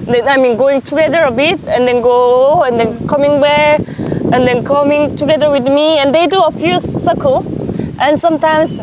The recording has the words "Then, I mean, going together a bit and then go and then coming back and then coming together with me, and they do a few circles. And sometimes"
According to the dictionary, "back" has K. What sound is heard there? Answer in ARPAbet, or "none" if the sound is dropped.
none